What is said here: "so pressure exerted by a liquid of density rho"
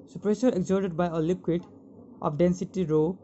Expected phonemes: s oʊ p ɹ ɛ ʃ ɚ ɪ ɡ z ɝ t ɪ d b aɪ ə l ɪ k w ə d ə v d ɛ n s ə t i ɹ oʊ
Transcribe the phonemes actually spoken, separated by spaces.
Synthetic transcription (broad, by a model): s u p ɹ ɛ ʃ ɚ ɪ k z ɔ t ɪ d b aɪ ə l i k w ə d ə p d ɛ n s ə t i ɹ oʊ